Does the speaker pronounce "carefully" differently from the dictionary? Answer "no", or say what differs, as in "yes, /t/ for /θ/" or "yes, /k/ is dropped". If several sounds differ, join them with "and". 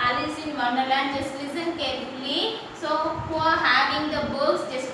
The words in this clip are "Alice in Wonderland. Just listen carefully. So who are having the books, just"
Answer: yes, /f/ is dropped